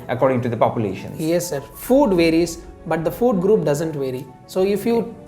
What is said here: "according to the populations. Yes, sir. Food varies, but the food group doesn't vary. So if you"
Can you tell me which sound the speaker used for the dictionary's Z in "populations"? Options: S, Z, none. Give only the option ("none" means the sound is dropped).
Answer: none